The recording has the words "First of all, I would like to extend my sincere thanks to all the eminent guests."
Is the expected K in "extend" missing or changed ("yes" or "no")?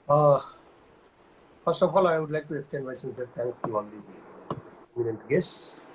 yes